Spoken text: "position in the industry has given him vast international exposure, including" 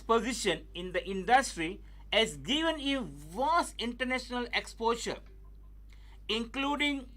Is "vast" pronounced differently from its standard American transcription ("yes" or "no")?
yes